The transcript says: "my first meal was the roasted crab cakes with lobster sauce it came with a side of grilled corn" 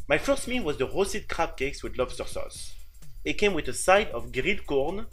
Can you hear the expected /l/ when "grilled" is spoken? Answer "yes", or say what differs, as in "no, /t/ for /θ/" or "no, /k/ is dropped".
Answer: no, /l/ is dropped